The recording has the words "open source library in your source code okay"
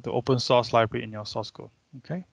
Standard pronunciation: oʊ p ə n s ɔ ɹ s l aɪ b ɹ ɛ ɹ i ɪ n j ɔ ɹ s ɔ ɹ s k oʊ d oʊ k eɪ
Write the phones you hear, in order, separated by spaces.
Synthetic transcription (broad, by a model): oʊ p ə n s ɔ s l aɪ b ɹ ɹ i ɪ n j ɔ s ɔ s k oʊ oʊ k eɪ